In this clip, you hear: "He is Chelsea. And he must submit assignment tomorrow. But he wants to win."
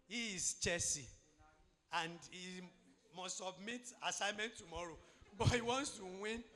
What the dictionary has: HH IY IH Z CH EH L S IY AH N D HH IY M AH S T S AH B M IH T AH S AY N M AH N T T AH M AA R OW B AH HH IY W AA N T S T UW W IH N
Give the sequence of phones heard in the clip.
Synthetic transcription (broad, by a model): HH IY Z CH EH S IY AH N D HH IY M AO S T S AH B M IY T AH S AY M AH N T T AH M AA R OW B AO HH IY W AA N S T UW W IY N